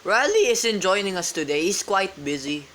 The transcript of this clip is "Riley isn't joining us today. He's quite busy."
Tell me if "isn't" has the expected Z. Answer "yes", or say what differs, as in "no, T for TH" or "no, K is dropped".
no, S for Z